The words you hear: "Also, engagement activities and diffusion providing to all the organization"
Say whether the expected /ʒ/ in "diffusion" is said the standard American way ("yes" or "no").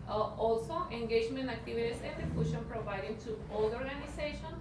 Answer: no